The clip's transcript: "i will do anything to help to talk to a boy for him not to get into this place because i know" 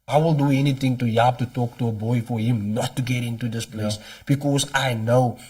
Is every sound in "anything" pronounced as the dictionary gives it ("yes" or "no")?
no